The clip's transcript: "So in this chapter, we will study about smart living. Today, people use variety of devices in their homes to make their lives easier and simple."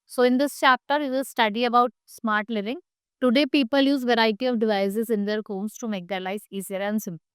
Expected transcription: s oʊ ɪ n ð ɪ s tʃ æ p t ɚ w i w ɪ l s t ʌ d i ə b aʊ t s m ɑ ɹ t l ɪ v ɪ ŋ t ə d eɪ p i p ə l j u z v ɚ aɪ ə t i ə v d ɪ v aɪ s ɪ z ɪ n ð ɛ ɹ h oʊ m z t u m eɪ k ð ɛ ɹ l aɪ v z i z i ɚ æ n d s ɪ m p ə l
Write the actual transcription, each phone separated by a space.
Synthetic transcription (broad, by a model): s oʊ ɪ n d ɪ s tʃ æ p t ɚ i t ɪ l s t ʌ d i ə b aʊ t s m ɑ ɹ t l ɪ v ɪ ŋ t ə d eɪ p i p ə l j u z v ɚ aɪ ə t i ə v d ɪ v aɪ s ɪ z ɪ n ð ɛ ɹ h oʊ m s t u m eɪ k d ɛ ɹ l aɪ z i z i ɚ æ n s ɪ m